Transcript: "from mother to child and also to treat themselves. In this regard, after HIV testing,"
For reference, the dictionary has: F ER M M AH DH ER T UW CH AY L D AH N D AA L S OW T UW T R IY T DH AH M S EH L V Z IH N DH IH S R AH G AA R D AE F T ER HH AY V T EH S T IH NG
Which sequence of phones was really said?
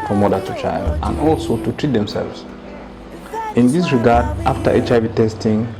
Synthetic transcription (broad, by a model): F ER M M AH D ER T UW CH AY L D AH N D AA L S OW T UW T R IY T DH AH M S EH L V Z IH N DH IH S R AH G AA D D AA F T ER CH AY V T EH S T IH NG